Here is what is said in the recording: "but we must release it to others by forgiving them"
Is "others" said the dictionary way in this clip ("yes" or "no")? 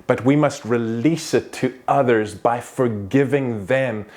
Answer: yes